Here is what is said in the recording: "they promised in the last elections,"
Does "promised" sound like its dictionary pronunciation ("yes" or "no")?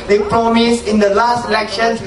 no